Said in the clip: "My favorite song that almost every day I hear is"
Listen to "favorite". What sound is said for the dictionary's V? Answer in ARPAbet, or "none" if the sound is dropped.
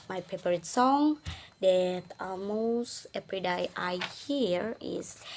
P